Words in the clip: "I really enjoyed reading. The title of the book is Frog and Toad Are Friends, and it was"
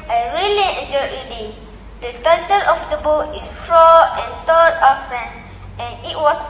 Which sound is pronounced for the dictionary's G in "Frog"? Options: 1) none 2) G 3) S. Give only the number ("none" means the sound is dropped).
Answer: 1